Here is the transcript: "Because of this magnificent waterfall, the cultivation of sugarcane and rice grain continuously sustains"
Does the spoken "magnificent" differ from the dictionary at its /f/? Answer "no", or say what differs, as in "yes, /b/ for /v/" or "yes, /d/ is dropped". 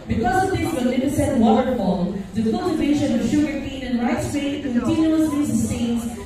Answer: yes, /p/ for /f/